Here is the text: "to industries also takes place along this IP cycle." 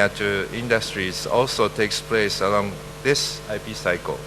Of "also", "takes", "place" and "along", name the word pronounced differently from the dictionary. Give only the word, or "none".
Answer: none